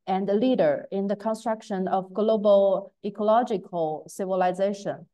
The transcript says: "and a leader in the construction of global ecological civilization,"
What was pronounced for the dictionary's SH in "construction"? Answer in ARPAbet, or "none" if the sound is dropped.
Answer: SH